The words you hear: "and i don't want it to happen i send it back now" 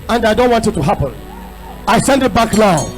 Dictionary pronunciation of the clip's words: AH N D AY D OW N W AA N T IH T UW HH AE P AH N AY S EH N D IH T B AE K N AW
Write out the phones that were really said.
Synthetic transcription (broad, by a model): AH N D AY D OW N W AA N T IH T UW HH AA P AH N AY S EH N D IH T B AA K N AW